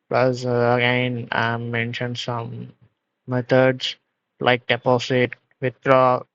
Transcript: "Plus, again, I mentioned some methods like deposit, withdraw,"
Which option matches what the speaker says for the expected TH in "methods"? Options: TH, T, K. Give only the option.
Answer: T